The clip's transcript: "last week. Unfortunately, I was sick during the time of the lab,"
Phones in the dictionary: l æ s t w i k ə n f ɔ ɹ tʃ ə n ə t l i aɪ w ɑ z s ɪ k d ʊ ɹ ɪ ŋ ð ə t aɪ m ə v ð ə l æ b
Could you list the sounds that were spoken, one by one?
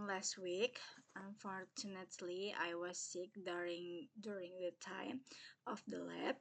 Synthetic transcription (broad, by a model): l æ s t w i k ə n f ɔ ɹ tʃ ə n ə t l i aɪ w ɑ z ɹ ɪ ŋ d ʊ ɹ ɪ ŋ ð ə t aɪ m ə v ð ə l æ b